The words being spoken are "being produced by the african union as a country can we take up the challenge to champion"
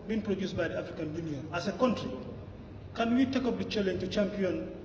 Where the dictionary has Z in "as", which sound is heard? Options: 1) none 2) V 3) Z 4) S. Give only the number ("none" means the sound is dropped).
4